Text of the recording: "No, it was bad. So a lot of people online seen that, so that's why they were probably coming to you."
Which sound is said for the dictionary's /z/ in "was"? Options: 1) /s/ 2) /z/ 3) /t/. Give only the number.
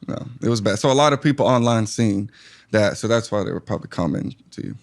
2